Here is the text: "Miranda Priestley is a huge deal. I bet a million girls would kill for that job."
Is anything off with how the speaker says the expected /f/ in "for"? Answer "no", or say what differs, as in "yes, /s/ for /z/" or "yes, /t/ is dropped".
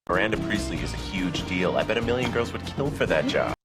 no